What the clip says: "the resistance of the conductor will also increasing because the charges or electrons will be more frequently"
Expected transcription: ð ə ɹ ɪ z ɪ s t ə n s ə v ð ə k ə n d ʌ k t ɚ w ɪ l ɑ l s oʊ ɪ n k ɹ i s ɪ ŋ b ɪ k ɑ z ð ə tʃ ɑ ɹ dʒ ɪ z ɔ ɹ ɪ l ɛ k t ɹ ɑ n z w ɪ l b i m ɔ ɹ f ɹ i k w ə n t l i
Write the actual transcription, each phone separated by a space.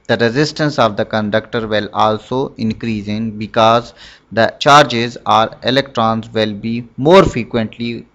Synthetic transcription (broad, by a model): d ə ɹ ɪ z ɪ s t ə n s ə v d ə k ə n d ʌ k t ɚ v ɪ l ɑ l s oʊ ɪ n k ɹ i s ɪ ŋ b ɪ k ɑ z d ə tʃ ɑ ɹ dʒ ɪ z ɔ ɹ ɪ l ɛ k t ɹ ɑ n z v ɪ l b i m ɔ ɹ f ɹ i k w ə n t l i